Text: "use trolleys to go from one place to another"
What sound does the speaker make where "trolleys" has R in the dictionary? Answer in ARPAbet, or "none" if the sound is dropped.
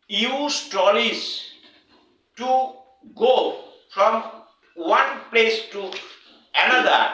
none